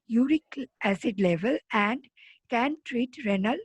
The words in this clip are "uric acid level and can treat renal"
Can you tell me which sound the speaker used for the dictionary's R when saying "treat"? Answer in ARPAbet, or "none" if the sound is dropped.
R